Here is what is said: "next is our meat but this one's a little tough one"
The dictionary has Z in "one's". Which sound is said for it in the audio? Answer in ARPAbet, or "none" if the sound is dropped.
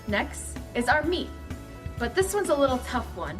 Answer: Z